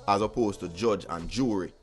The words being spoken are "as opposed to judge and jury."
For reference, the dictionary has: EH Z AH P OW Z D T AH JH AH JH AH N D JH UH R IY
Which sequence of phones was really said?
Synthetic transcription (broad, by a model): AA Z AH P OW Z T AH JH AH JH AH N JH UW R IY